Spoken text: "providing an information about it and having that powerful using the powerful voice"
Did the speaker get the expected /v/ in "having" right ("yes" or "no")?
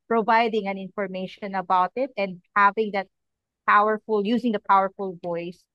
yes